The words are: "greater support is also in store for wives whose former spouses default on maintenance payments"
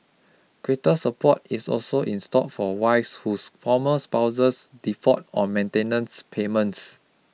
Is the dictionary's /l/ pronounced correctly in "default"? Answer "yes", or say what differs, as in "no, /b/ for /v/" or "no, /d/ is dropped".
no, /l/ is dropped